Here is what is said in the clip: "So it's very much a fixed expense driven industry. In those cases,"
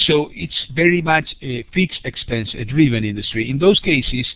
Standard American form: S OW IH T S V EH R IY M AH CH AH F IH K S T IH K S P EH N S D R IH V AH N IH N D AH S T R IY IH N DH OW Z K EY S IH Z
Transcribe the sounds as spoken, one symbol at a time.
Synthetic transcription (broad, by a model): S OW IH T S V EH R IY M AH CH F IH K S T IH K S P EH N S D R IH V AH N IH N D AH S T R IY IH N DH OW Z K EY S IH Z